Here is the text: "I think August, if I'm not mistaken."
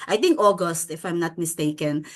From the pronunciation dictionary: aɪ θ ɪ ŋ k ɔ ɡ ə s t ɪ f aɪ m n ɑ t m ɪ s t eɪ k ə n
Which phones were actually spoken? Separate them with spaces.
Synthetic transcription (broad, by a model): aɪ t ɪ ŋ k ɔ ɡ ə s t ɪ f aɪ m n ɑ t m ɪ s t eɪ k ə n